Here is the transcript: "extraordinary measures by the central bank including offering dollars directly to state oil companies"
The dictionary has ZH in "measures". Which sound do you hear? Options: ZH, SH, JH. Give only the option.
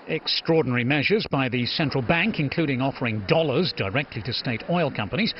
ZH